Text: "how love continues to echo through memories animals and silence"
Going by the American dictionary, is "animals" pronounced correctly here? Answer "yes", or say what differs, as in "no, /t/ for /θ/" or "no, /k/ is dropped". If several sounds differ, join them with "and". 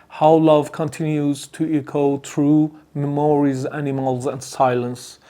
yes